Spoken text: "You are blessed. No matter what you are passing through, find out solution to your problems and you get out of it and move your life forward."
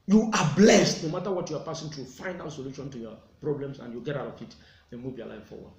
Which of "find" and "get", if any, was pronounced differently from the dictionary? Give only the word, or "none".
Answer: find